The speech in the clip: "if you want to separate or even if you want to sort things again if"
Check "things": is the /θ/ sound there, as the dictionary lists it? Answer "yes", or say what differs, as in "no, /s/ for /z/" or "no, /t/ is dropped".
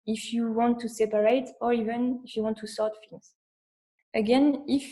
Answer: no, /f/ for /θ/